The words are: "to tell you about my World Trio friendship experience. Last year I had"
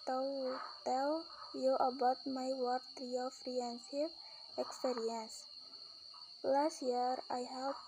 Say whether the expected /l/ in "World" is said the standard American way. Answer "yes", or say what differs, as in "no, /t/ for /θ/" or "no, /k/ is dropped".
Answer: no, /l/ is dropped